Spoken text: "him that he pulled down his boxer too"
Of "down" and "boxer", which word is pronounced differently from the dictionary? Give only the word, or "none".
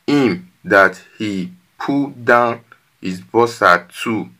boxer